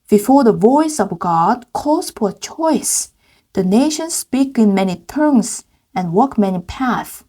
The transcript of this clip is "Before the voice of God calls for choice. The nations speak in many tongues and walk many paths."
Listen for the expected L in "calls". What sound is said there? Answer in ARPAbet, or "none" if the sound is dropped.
none